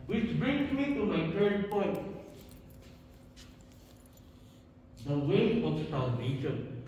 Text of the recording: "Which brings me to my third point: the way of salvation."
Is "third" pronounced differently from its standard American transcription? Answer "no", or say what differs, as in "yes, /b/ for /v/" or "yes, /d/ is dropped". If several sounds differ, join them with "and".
yes, /t/ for /θ/